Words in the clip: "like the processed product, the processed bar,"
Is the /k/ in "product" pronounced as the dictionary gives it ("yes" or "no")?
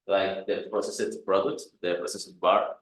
no